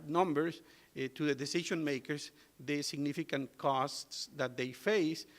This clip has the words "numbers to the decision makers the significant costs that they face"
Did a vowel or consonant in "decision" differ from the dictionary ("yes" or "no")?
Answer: yes